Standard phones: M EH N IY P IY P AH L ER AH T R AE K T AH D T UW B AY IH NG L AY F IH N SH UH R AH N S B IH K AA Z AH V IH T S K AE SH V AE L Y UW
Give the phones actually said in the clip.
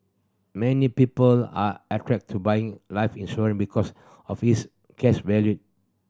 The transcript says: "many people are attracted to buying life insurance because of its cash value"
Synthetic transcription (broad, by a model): M EH N IY P IY P AH L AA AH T R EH K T T UW B AY IH NG L AY F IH N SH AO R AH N B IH K AA S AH F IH S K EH S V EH L Y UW